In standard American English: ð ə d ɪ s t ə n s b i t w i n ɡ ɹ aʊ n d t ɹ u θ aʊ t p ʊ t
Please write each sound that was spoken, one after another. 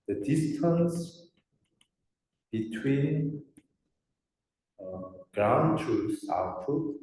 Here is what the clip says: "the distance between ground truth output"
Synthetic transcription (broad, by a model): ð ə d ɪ s t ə n s b i t w i n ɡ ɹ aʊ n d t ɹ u s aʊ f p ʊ